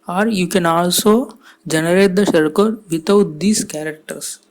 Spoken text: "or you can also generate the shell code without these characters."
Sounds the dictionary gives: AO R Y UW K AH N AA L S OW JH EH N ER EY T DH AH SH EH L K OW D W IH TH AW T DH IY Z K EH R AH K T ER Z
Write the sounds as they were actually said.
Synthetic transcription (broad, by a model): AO R Y UW K AH N AA L S OW JH EH N ER EY T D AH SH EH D K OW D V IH T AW T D IY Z K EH R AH K T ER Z